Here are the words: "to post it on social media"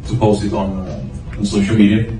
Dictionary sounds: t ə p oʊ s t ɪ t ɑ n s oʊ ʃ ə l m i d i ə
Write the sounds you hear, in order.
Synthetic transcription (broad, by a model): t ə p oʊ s ɪ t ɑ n s oʊ ʃ ə l m i d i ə